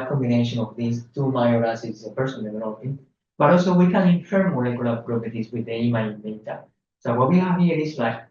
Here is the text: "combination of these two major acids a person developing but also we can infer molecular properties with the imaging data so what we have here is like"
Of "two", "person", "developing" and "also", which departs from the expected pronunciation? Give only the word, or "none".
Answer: developing